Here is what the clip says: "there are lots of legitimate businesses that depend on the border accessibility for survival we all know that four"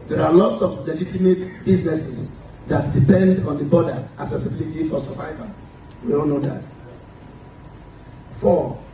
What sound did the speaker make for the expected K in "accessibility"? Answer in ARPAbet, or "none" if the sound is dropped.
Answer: none